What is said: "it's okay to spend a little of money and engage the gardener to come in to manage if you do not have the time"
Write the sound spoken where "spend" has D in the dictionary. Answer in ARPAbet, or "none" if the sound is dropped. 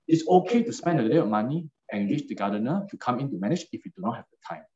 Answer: D